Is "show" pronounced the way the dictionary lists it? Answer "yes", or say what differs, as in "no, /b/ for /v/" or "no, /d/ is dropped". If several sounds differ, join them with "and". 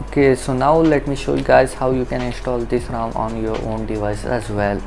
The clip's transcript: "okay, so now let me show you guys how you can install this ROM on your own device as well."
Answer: yes